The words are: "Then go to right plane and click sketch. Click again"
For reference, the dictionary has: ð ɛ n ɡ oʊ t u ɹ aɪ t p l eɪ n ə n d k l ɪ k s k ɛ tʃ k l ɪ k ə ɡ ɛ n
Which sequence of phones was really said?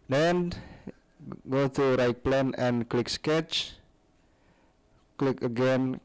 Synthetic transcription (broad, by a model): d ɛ n ɡ oʊ t u ɹ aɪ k p l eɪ n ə n k l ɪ k s k ɛ tʃ k l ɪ k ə ɡ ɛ n